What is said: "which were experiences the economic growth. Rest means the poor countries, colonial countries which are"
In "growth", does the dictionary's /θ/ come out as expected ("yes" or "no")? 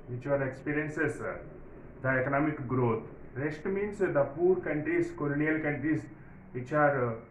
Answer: no